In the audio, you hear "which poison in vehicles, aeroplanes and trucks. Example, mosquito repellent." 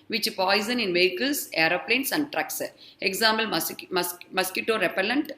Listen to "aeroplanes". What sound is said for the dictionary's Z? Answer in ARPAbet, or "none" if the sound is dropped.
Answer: S